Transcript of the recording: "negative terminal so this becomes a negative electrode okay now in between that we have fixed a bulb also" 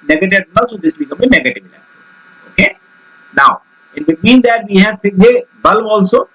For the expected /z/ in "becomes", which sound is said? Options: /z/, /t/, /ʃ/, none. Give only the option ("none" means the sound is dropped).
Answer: none